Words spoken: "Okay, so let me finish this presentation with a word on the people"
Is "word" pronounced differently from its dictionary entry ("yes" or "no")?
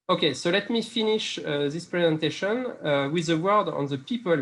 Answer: no